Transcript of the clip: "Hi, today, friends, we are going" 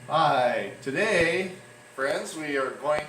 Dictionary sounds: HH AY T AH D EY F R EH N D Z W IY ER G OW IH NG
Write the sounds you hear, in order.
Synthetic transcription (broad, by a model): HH AY T AH D EY F R EH N D Z W IY ER G OW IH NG